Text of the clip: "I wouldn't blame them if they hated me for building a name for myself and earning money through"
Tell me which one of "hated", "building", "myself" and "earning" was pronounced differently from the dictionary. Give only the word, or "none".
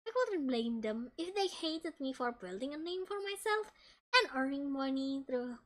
none